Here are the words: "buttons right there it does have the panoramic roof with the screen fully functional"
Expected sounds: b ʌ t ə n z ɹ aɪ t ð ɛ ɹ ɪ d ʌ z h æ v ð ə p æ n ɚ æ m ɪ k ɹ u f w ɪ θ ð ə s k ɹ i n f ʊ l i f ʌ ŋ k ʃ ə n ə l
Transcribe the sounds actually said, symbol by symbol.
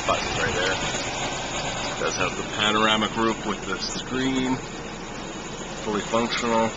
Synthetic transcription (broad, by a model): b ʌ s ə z ɹ aɪ t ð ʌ ɹ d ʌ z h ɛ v ð ə p æ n ɚ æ m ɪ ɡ ɹ u p w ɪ ð ə s k ɹ i n f ʊ l i f ʌ ŋ k ʃ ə n l